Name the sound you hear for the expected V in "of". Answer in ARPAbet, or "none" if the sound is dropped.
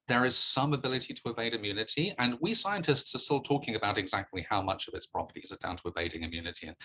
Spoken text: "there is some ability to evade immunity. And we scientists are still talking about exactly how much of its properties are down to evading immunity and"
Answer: V